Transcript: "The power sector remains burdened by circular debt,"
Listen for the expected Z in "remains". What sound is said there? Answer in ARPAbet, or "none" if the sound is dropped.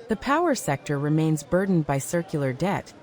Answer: Z